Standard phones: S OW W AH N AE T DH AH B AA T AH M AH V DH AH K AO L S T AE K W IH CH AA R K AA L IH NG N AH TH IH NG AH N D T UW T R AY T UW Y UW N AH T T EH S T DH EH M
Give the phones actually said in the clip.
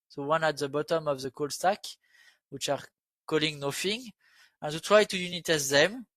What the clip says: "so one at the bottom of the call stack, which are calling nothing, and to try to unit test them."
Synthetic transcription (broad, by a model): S OW W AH N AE T DH AH B AA T AH M AH V DH AH K AO L S T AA K W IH CH AA R K AA L IH NG N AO F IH NG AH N T UW T R AY T UW Y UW N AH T T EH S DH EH M